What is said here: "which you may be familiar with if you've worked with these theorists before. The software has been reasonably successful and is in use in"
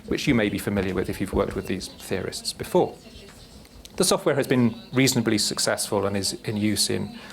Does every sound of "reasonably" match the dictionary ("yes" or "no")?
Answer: yes